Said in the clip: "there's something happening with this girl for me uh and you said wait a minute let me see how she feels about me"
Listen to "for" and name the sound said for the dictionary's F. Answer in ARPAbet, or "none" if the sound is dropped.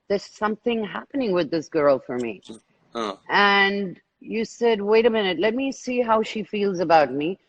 F